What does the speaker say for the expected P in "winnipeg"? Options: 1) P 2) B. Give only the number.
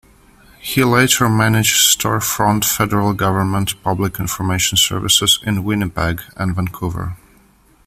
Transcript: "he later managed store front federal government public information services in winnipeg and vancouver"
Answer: 2